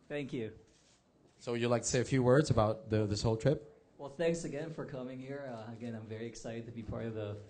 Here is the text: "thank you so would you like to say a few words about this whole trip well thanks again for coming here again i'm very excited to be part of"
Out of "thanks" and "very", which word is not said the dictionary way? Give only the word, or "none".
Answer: none